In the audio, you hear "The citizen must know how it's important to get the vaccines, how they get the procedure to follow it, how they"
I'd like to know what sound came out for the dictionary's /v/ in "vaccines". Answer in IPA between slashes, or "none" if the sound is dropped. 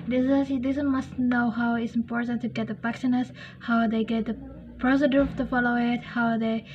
/p/